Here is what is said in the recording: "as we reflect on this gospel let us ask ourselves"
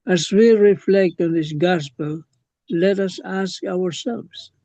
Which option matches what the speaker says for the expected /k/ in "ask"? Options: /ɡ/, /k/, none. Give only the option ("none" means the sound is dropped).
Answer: /k/